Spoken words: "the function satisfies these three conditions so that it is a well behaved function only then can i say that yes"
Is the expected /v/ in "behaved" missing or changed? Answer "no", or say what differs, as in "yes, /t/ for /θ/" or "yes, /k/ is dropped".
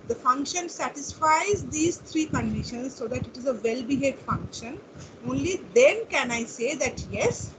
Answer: yes, /v/ is dropped